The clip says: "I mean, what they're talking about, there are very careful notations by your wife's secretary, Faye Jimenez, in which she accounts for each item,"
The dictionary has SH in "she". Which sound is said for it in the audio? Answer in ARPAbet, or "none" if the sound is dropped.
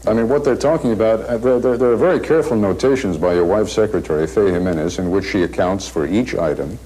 SH